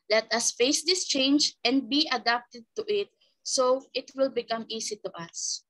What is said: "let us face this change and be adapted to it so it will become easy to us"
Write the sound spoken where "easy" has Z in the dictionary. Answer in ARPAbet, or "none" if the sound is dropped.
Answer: S